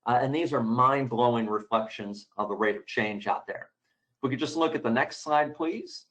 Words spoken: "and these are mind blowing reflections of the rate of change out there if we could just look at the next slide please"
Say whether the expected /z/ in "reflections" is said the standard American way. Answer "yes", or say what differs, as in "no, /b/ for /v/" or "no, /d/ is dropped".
yes